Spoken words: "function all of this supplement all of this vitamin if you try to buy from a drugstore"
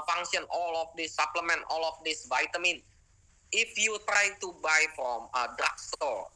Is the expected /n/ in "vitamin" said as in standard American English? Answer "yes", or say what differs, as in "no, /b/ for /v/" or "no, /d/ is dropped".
yes